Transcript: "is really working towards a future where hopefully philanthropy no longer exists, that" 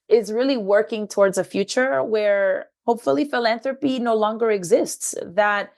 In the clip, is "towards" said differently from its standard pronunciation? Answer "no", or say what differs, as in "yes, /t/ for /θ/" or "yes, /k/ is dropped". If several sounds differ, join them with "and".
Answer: no